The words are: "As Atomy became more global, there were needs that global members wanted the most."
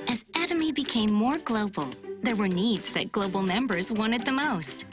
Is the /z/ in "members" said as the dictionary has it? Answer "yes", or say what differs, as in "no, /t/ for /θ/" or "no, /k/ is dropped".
yes